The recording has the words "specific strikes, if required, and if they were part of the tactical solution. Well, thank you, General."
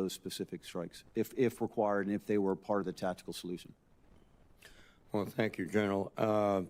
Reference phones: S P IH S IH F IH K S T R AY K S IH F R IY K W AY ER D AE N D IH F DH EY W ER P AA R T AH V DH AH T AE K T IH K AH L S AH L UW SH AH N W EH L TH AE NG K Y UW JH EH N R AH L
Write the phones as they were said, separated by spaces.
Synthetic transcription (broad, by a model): S P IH S IH F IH K S T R AY K S IH F R IY K W AY ER D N IH F DH EY W ER P AA R T AH V DH AH T AE K T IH K L S AH L UW SH AH N W EH L TH AE NG K Y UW JH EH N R L